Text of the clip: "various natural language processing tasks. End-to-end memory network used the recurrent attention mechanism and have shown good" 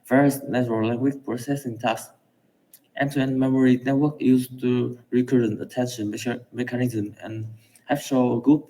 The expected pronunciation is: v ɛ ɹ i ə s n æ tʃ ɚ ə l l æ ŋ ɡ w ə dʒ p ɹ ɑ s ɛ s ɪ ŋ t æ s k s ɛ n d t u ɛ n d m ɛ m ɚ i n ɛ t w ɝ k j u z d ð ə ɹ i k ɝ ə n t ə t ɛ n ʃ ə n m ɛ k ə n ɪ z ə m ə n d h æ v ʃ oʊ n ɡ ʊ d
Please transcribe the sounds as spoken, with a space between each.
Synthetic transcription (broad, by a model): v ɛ ɹ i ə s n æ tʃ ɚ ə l l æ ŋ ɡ w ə tʃ p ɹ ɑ s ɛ s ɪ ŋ t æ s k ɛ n t u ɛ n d m ɛ m ɚ i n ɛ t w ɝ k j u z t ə ɹ i k ɝ ə n t ə t ɛ n ʃ ə n m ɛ k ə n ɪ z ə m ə n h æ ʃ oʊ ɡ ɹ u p